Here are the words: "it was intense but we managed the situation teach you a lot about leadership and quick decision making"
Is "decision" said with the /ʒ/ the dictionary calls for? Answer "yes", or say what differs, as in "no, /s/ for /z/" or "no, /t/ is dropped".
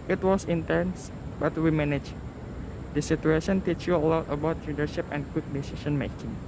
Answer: no, /ʃ/ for /ʒ/